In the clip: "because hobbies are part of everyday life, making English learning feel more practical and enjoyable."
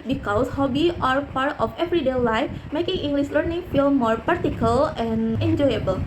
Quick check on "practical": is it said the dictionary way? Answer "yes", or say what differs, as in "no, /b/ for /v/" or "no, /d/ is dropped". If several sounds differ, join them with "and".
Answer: no, /ɹ/ is dropped